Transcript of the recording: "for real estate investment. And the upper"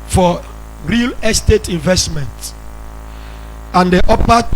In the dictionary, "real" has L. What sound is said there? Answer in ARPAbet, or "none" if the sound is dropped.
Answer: L